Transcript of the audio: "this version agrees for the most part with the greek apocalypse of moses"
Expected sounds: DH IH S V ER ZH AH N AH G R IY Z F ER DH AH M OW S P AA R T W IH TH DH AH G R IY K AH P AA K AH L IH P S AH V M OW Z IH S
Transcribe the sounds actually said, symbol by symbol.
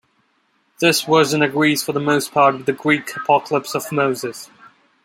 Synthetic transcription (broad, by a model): DH IH S W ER Z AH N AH G R IY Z F ER DH AH M OW S P AA R T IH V DH AH G R IY K AH P AA K AH L IH P S AH V M OW Z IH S